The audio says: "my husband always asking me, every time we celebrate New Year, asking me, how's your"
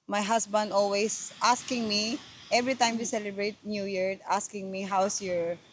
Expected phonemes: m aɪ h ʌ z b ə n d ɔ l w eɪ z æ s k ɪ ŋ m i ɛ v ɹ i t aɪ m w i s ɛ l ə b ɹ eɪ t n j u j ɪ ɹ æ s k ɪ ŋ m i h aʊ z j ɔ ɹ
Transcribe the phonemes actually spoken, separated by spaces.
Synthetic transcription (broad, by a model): m aɪ h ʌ s b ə n d ɔ l w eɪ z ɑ s k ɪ ŋ m i ɛ v ɹ i t aɪ m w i s ɛ l ə b ɹ eɪ t n j u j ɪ ɹ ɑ s k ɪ ŋ m i h aʊ s j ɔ ɹ